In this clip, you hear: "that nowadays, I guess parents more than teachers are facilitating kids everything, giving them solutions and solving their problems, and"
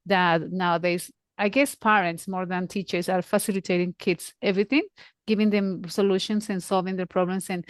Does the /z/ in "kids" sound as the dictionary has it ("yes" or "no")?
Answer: no